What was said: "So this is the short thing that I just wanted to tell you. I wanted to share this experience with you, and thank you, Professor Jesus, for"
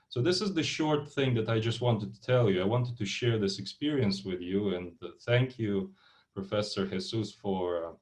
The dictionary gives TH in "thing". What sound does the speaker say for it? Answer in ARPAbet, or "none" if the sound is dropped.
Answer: TH